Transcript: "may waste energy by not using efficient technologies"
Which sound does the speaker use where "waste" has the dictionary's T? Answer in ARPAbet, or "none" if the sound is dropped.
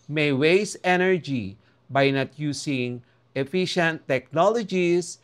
none